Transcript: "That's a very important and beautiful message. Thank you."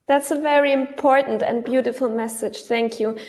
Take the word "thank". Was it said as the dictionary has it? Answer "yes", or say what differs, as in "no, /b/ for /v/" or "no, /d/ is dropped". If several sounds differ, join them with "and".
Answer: yes